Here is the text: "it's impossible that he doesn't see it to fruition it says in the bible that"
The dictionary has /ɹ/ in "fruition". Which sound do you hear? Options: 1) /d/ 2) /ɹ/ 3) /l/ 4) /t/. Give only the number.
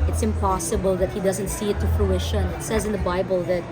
3